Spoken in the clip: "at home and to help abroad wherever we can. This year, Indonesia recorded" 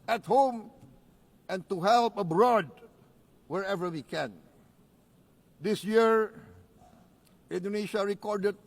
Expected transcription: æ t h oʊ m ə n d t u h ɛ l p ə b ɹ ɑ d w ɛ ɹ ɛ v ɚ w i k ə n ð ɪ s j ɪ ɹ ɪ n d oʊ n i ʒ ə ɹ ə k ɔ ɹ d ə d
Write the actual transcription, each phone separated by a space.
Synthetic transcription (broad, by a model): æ t h oʊ m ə n t u h ɛ l p ə b ɹ ɑ d w ɛ ɹ ɛ v ɚ w i k ə n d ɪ s j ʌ ɹ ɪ n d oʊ n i ʃ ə ɹ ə k ɔ ɹ d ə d